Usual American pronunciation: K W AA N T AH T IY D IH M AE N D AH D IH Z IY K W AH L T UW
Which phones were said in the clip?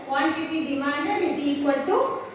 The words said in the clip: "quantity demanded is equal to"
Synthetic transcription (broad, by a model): K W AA N T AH T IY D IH M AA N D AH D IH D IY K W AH N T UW